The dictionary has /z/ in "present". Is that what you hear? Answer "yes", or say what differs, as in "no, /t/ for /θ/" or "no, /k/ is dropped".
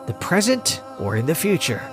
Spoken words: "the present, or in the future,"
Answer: yes